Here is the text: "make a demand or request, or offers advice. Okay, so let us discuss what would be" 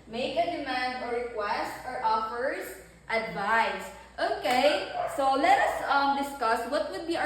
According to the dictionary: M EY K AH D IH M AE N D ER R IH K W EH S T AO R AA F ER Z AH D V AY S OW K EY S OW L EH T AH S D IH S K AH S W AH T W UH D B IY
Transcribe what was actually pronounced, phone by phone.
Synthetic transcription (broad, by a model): M EY K AH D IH M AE N D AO R IH K W EH S T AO R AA F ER S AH D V AY S OW K EY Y OW L EH T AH S D IH S K AH S W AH T W UH D B IY